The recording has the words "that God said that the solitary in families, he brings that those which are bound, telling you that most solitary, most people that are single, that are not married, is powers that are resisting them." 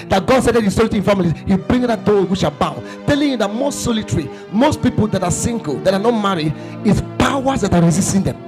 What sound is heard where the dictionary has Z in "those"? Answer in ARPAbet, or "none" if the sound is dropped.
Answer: none